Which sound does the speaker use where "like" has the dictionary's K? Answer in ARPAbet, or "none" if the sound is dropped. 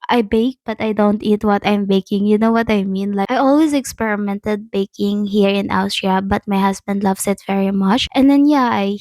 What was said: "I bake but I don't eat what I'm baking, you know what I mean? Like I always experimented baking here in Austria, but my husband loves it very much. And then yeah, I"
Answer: none